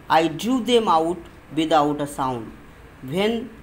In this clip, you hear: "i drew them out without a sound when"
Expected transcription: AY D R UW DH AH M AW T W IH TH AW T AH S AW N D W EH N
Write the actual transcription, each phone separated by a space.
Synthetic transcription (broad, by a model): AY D UW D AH M AW T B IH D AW T AH S AW N D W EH N